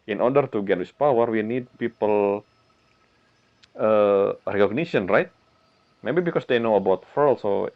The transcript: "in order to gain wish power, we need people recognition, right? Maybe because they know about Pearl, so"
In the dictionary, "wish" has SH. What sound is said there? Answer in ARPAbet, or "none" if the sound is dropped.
S